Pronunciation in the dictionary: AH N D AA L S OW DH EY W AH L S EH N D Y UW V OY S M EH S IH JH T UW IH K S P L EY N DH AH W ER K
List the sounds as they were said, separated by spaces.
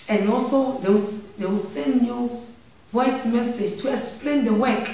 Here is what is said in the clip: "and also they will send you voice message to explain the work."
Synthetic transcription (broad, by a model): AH N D AA L S OW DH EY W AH W S EH N D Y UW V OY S M EH S IH JH T UW IH K S P L EY N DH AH W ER K